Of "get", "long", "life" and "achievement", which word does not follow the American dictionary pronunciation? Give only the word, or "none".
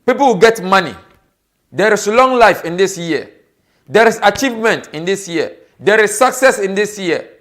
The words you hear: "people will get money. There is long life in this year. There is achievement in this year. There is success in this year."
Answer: none